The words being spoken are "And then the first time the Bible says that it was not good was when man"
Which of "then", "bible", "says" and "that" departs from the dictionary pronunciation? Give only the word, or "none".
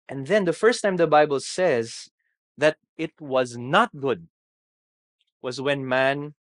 none